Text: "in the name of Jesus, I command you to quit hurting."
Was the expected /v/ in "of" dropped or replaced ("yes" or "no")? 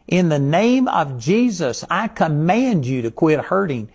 no